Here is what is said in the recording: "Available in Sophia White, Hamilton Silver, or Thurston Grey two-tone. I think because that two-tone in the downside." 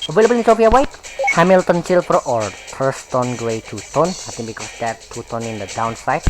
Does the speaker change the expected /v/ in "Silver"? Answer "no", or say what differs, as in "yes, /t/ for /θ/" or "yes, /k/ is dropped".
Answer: yes, /p/ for /v/